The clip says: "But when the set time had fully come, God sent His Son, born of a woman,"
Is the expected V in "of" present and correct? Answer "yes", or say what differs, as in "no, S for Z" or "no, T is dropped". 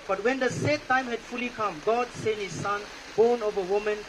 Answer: yes